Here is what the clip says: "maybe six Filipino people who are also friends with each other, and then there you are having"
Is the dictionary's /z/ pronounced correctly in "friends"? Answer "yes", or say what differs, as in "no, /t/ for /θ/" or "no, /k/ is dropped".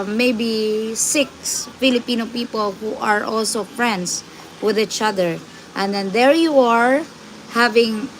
no, /s/ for /z/